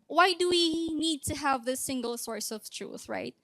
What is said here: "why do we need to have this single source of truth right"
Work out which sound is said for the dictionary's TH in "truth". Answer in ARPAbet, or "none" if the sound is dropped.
TH